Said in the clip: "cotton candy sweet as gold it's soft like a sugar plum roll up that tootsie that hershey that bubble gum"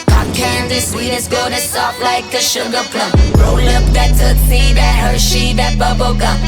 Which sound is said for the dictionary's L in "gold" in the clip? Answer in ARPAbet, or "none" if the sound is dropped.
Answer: none